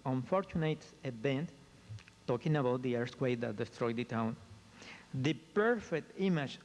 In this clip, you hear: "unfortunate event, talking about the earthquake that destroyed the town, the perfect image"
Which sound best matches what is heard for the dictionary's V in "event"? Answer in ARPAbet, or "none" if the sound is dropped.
B